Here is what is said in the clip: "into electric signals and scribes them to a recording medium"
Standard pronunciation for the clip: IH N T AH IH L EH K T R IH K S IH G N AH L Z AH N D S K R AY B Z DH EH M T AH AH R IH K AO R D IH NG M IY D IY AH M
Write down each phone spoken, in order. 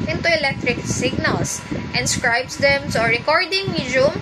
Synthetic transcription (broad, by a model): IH N T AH IH L EH K T R IH K S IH G N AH L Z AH N S K R AY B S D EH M S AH R IH K AO R D IH NG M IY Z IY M